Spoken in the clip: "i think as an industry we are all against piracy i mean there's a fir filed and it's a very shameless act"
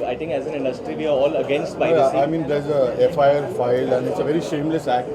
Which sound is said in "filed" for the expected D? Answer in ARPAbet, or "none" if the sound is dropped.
none